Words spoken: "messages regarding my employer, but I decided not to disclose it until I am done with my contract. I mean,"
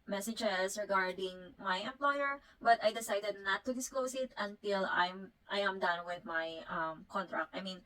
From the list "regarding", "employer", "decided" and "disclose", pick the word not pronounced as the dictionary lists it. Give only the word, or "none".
disclose